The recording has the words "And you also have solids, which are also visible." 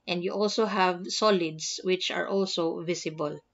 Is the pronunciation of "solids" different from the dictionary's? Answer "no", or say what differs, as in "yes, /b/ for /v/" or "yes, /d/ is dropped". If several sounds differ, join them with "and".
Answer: yes, /s/ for /z/